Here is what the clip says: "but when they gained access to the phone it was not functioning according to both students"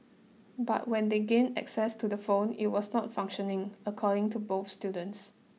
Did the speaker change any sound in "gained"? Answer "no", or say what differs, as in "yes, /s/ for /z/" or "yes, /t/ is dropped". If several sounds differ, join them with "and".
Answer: yes, /d/ is dropped